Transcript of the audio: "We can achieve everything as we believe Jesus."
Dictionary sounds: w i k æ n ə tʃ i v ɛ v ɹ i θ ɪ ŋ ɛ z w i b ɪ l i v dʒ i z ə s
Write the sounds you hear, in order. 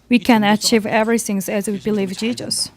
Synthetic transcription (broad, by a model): w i k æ n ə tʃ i v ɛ v ɹ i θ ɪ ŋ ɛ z w i b ɪ l i v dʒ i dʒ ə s